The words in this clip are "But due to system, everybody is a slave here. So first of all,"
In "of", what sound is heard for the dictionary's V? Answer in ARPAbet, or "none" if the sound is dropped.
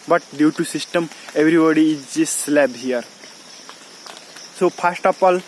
P